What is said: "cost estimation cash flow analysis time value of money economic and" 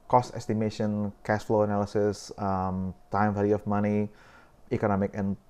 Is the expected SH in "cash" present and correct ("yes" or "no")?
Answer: no